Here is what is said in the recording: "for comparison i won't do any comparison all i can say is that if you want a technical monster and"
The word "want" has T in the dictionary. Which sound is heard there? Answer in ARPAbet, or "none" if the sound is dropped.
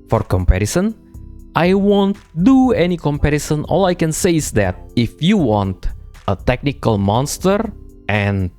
T